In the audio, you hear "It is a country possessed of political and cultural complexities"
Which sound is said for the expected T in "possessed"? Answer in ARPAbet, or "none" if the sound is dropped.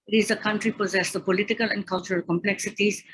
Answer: none